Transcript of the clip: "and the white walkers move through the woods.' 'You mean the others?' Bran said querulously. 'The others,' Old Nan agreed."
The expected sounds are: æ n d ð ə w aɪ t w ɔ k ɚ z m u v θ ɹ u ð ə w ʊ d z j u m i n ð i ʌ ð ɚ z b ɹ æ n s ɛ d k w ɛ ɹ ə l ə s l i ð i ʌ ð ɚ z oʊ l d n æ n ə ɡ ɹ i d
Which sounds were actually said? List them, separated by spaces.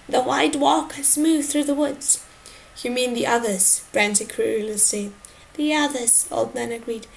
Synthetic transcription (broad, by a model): ð ə w aɪ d w ɔ k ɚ s m u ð θ ɹ u ð ə w ʊ d z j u m i n ð i ʌ ð ɚ z b ɹ æ n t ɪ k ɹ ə l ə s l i ð i ʌ ð ɚ z oʊ l d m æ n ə ɡ ɹ i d